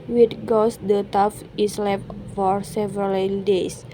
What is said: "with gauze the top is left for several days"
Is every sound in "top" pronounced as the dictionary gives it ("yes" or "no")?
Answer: no